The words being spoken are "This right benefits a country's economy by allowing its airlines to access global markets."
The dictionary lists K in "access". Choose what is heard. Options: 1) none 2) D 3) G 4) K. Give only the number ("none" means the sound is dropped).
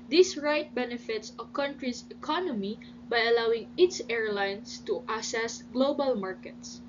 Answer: 1